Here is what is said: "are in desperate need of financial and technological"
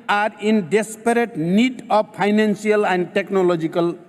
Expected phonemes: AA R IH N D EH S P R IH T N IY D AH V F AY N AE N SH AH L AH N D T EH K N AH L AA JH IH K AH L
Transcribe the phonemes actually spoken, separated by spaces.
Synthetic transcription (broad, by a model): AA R IH N D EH S P R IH T N IY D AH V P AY N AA N S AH L AH N D T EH K N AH L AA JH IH K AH L